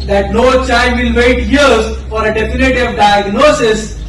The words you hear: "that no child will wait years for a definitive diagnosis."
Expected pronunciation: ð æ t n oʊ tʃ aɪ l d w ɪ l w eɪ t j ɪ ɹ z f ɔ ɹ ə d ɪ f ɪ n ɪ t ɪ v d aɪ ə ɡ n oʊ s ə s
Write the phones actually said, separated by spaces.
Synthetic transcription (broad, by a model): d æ t n oʊ tʃ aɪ n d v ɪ l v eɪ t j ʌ ɹ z f ɔ ɹ ə d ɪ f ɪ n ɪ t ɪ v d aɪ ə ɡ n oʊ s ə s